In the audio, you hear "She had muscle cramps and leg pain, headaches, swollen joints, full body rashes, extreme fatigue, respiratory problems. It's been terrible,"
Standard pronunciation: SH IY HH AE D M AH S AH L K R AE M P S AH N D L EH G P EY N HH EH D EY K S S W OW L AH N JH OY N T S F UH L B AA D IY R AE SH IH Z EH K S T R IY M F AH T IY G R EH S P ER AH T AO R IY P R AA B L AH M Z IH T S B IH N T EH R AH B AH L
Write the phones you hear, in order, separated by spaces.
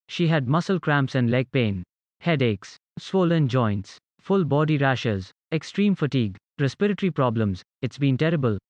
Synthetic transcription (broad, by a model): SH IY HH AE D M AH S AH L K R AE M P S AH N D L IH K P EY N HH EH D EY K S S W OW L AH N JH OY N T S F UH L B AA D IY R AE SH IH Z EH K S T R IY M F AH T IY G R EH S P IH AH T R IY P R AA B L AH M Z IH T S B IH N T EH R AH B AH L